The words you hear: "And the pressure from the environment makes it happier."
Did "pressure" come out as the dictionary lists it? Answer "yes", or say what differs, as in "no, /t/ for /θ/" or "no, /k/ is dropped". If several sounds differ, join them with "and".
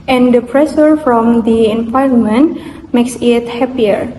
no, /s/ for /ʃ/